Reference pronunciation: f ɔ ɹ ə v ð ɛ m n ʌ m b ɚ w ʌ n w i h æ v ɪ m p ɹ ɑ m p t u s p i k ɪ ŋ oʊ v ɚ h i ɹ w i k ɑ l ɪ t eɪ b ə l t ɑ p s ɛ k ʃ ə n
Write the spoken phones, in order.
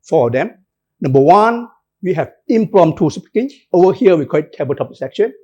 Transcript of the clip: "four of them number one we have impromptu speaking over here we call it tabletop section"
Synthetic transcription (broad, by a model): f ɔ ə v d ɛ m n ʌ m b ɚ w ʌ n w i h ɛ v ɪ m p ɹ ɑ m t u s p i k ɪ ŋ oʊ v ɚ h i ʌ w i k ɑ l ɪ t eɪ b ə t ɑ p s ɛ k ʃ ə n